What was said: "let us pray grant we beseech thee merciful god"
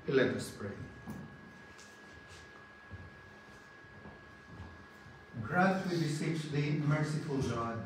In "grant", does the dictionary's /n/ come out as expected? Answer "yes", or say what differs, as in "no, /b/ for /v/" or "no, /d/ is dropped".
no, /n/ is dropped